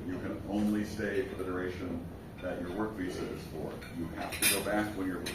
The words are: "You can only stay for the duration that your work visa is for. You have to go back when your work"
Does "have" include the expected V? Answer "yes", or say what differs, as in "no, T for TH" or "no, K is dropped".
no, F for V